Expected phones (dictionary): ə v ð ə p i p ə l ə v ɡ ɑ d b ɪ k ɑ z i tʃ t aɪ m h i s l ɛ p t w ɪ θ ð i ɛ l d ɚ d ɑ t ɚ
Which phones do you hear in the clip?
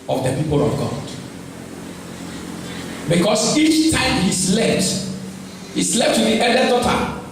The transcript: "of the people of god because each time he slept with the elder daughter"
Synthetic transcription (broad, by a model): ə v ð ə p i p ə l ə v ɡ ɑ d b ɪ k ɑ s i tʃ t aɪ m h i s l ɛ p t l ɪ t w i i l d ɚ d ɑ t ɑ